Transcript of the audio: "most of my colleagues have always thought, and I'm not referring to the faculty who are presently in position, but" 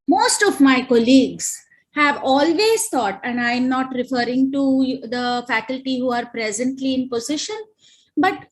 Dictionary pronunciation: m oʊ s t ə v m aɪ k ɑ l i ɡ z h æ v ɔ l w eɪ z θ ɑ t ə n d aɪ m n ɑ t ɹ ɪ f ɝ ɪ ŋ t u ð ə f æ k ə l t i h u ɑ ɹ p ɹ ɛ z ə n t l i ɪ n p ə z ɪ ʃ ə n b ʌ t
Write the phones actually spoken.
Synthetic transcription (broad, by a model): m oʊ s t ə v m aɪ k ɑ l i ɡ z h æ v ɔ l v eɪ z t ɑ t ə n d aɪ m n ɑ t ɹ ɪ f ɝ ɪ ŋ t u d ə f æ k ə l t i h u ɑ ɹ p ɹ ɛ z ə n t l i ɪ n p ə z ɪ ʃ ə n b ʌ t